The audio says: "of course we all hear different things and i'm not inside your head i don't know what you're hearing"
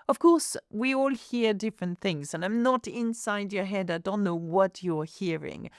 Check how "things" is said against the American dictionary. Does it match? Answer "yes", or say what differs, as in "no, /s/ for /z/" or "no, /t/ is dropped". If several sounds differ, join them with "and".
yes